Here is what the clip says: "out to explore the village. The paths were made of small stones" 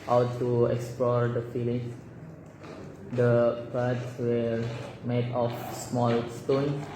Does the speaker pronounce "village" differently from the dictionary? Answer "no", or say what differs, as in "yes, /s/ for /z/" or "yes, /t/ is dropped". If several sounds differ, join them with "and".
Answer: yes, /f/ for /v/